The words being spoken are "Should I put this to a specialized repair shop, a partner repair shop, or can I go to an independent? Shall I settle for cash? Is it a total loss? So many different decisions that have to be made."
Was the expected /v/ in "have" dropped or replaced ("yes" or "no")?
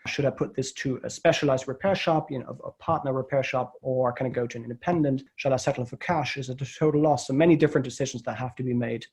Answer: yes